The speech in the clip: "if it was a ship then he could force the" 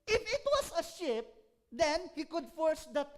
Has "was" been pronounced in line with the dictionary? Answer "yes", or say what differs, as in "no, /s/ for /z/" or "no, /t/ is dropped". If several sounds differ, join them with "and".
no, /s/ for /z/